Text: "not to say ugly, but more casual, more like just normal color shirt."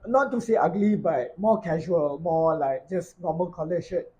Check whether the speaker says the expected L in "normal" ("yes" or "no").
no